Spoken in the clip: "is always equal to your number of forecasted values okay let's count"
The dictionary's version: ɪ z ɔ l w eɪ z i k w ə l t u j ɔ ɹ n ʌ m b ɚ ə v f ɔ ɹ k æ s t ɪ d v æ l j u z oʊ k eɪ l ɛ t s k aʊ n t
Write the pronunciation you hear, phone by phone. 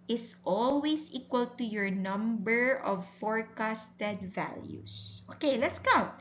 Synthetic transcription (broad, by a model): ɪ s ɔ l w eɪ s i k w ə l t u j ɔ ɹ n ʌ m b ɚ ə v f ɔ ɹ k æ s t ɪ d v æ l j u s oʊ k eɪ l ɛ t s k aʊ n t